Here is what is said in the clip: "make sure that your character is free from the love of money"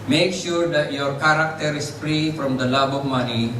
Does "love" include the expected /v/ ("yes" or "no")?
no